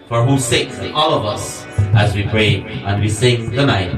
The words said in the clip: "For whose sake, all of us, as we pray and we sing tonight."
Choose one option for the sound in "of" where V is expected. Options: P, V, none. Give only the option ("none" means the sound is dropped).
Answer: V